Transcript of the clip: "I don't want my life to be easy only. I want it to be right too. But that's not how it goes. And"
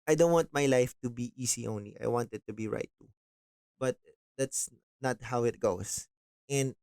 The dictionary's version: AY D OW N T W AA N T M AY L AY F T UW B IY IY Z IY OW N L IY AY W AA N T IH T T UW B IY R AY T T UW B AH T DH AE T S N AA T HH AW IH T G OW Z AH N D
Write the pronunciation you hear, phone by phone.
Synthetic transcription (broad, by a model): AY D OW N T W AA N T M AY L AY F T UW B IY IY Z IY OW N L IY AY W AA N T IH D T UW B IY R AY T T UW B AH T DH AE T S N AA T HH AW IH T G OW S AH N D